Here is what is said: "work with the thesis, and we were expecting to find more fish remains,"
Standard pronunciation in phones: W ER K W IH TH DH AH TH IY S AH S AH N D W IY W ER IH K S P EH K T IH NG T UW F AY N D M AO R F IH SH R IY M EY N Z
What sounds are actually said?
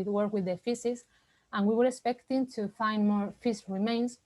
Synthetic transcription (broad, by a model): W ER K W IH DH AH F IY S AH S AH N W IY W ER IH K S P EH K T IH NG T UW F AY N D M AO R F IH S R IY M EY N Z